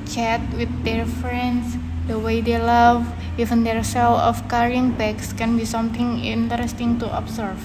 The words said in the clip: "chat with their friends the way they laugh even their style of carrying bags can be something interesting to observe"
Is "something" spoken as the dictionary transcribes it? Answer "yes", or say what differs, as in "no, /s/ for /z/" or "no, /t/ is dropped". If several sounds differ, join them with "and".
no, /t/ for /θ/